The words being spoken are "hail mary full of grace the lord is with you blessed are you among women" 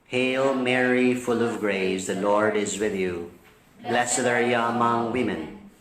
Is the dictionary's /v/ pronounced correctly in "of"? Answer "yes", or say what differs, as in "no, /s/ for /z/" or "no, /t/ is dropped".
yes